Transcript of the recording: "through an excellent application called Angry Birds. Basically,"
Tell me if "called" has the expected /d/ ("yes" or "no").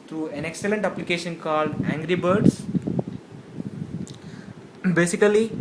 yes